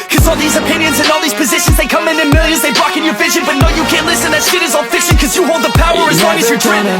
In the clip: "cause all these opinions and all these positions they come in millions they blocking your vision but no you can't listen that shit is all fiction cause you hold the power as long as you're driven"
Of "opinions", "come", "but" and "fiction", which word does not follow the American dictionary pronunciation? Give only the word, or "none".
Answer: fiction